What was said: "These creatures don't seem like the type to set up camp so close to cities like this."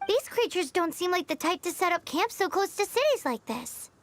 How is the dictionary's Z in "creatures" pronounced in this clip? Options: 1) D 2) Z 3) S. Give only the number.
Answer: 2